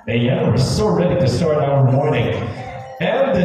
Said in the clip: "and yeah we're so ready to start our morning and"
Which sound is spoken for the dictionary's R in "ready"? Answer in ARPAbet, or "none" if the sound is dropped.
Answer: R